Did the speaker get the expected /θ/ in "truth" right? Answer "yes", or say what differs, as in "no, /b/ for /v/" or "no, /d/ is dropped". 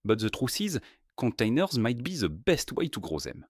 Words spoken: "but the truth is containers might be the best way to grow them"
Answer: no, /s/ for /θ/